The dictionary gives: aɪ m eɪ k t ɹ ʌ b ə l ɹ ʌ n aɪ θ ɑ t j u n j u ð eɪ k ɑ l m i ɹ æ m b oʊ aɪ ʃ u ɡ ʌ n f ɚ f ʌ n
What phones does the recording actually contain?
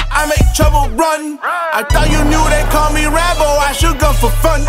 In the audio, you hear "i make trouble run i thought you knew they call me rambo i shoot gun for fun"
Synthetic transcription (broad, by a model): aɪ m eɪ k t ɹ ʌ b ə l ɹ ʌ n aɪ t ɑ j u n j u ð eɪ k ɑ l m i ɹ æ b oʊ aɪ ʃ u ɡ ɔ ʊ f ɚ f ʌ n